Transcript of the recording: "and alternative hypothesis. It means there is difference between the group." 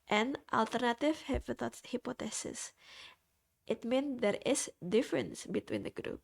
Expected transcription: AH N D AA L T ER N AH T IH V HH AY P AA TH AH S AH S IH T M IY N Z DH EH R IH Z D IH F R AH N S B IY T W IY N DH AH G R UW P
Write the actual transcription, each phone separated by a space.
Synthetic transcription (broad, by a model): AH N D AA L T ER N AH T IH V HH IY P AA T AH S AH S IH T M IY N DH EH R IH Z D IH F R AH N S B IY T W IY N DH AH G R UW P